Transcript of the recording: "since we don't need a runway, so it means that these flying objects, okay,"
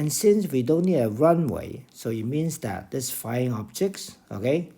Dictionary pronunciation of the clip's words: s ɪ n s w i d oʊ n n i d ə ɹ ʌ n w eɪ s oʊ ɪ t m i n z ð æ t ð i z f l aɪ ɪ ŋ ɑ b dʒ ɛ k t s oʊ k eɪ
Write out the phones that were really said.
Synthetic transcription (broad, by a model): s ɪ n s w i d oʊ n n i d ə ɹ ʌ n w eɪ s oʊ ɪ t m i n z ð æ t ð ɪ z f aɪ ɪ ŋ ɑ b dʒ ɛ k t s oʊ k eɪ